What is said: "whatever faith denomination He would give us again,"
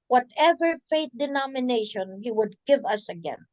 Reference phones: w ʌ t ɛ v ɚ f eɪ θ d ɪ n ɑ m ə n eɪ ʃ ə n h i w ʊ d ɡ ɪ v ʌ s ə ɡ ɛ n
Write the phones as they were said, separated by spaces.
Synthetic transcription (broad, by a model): w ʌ t ɛ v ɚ f eɪ t d ɪ n ɑ m ə n eɪ ʃ ə n h i w ʊ d ɡ ɪ v ʌ s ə ɡ ɛ n